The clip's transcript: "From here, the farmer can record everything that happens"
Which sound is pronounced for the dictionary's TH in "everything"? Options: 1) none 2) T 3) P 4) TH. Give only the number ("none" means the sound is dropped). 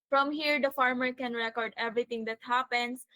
2